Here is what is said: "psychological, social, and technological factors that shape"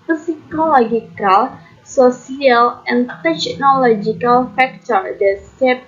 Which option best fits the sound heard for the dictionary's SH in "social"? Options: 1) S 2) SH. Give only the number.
1